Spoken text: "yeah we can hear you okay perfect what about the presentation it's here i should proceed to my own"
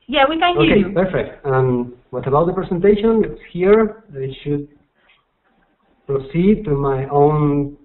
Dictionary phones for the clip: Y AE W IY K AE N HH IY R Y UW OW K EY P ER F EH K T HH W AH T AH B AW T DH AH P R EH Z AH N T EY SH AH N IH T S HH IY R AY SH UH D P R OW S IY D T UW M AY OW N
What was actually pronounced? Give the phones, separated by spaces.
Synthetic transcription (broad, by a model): Y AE W IY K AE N OW K EY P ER F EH K T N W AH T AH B AW T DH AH P R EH S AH N T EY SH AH N IH T S HH IY R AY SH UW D P R OW S IY D T UW M AY OW N